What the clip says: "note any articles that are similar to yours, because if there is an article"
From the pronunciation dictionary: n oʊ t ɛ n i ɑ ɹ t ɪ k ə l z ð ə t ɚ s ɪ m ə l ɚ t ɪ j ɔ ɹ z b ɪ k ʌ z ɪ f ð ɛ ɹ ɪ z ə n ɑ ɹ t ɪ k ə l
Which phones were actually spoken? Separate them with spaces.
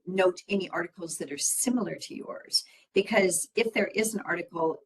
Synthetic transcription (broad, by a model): n oʊ t ɛ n i ɑ ɹ t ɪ k l z ð ə t ɚ s ɪ m l ɚ t ɪ j ɔ ɹ z b ɪ k ʌ z ɪ f ð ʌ ɹ ɪ z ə n ɑ ɹ t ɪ k l